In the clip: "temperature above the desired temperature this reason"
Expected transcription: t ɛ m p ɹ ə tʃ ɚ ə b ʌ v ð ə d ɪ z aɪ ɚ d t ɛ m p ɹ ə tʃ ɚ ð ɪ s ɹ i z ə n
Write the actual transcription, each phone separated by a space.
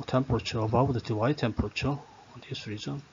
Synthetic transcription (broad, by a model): t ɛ m p ɹ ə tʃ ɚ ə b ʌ w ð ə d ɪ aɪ t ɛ m p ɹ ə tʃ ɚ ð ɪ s ɹ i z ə n